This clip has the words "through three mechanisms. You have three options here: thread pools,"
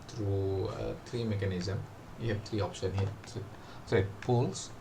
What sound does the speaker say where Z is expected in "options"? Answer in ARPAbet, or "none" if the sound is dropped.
none